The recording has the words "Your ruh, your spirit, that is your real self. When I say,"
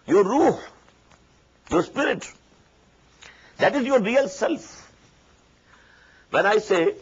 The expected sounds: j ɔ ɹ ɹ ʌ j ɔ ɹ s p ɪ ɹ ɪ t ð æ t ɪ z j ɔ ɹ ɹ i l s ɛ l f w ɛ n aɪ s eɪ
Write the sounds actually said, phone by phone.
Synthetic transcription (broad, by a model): j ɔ ɹ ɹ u j ɔ ɹ s p ɪ ɹ ɪ t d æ t ɪ z j ɔ ɹ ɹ i l s ɛ l f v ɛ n aɪ s eɪ